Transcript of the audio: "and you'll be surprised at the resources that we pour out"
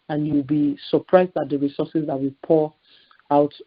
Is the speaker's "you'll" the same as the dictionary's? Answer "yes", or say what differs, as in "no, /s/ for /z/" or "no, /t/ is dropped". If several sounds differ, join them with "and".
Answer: no, /w/ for /l/